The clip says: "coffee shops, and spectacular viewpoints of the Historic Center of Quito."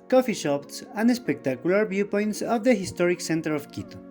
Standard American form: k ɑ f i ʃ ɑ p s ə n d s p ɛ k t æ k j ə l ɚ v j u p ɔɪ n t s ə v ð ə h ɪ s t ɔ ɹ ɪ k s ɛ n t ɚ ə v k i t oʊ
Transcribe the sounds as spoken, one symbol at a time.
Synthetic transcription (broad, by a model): k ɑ f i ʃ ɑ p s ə n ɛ s p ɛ k t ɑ k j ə l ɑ b j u p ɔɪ n t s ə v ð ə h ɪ s t ɔ ɹ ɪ k s ɛ n t ɚ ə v k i t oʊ